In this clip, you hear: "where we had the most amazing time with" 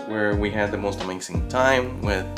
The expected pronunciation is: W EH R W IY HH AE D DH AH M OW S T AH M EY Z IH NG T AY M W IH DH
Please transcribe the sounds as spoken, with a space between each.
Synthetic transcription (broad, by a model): W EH R W IY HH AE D DH AH M OW S T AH M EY S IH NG T AY M W IH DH